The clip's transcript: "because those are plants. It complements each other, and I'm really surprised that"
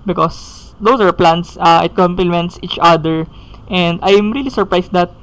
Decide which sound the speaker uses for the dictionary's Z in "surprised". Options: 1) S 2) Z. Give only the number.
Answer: 1